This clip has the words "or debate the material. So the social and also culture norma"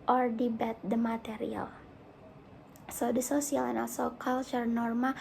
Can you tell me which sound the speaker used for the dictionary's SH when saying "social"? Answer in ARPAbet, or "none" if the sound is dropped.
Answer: S